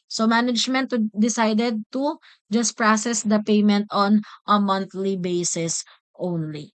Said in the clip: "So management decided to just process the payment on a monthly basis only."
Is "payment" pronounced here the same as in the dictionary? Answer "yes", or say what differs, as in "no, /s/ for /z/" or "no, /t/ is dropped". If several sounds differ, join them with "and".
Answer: yes